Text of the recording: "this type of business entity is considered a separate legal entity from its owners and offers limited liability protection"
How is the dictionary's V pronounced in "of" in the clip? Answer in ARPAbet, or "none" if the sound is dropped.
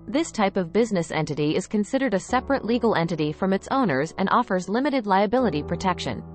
V